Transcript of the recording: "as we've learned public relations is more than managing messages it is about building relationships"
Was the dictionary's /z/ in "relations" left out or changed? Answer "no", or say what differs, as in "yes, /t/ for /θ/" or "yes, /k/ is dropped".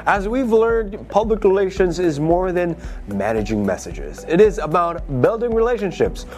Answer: no